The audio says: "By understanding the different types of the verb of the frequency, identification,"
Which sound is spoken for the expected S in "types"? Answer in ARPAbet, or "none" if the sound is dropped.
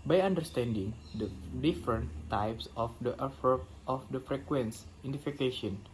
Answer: S